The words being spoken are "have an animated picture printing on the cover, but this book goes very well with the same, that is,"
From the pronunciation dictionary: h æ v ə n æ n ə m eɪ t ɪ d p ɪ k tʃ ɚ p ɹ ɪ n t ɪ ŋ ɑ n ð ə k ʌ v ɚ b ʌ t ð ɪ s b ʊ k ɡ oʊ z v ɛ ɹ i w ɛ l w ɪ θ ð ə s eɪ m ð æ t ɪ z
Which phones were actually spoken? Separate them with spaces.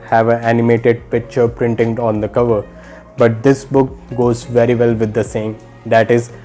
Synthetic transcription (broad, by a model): h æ v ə æ n ə m eɪ t ɪ d p ɪ k tʃ ɚ p ɹ ɪ n t ɪ ŋ ɑ n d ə k ʌ v ɚ b ʌ t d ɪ s b ʊ k ɡ oʊ z v ɛ ɹ i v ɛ l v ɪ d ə s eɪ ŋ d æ t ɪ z